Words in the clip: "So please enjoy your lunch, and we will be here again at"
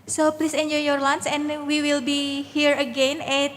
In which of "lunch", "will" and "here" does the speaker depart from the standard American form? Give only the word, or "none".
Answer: lunch